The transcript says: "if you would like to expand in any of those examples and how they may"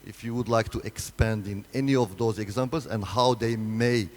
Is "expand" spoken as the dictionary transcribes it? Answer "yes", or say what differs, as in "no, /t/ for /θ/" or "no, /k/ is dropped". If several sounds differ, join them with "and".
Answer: yes